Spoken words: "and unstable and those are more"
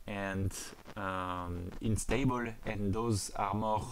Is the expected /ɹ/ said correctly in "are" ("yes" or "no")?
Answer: yes